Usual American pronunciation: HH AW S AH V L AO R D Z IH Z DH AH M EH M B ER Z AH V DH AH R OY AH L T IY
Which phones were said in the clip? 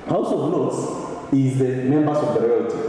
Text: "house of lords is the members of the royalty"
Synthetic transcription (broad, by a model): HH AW S AH V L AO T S IH Z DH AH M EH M B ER S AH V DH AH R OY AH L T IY